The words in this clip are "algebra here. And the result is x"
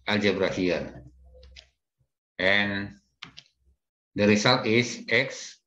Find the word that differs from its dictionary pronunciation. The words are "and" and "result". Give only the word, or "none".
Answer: result